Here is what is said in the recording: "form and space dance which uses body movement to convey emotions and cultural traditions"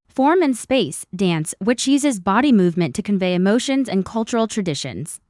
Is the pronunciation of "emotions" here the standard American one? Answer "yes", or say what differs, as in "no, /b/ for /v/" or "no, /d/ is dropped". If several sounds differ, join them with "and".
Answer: yes